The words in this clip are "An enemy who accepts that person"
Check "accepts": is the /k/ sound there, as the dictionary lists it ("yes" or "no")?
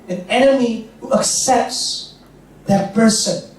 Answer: yes